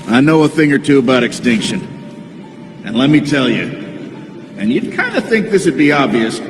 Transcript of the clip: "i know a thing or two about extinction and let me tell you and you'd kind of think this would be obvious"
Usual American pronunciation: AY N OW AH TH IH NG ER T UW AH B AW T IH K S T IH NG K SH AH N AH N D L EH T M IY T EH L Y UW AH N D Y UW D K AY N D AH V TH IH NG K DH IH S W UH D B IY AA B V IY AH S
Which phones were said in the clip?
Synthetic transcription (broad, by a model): AY N OW AH TH IH NG ER T UW AH B AW T IH K S T IH NG K SH AH N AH N L EH T M IY T EH L Y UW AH N Y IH D K AY N D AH TH IH NG K DH IH S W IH D B IY AA B V IY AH S